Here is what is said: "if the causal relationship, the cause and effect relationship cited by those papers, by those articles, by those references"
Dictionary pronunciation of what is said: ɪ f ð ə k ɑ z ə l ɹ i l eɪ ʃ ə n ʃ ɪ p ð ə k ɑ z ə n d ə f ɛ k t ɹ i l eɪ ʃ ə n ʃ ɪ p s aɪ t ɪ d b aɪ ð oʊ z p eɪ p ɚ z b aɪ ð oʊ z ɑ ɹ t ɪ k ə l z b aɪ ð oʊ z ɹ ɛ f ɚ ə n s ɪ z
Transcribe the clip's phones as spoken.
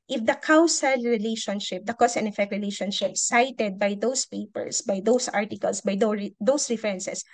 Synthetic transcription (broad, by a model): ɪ f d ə k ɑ s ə l ɹ i l eɪ ʃ ə n ʃ ɪ p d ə k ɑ s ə n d ə f ɛ k t ɹ i l eɪ ʃ ə n ʃ ɪ p s aɪ t ɪ d b aɪ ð oʊ s p eɪ p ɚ s b aɪ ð oʊ s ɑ ɹ t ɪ k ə l s b aɪ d oʊ s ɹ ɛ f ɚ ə n s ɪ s